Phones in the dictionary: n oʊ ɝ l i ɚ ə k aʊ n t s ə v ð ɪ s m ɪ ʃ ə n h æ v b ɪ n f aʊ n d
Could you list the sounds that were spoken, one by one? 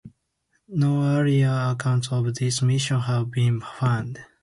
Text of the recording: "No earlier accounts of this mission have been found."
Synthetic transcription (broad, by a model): n oʊ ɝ i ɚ ə k aʊ n t s ə v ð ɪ s m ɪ ʃ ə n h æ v b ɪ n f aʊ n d